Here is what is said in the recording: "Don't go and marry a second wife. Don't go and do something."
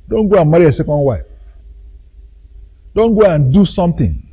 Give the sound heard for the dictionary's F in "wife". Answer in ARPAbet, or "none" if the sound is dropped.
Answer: P